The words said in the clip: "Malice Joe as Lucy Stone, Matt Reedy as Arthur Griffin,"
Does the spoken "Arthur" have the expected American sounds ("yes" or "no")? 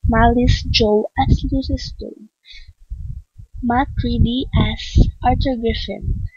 no